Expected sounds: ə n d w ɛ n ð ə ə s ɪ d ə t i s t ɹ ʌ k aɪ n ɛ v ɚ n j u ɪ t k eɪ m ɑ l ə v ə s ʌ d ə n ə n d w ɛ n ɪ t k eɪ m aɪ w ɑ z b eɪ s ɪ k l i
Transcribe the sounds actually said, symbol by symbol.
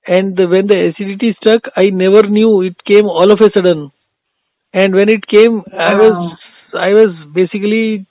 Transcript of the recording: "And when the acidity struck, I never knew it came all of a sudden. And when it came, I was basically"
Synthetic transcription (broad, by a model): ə n d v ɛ n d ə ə s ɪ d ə t i s t ʌ k aɪ n ɛ v ɚ n j u ɪ t k eɪ m ɑ l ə f ə s ʌ d ə n ə n d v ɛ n ɪ t k eɪ m aɪ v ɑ z b eɪ s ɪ k l i